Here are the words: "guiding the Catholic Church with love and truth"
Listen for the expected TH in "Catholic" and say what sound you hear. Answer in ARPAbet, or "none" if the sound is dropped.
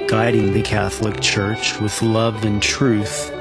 TH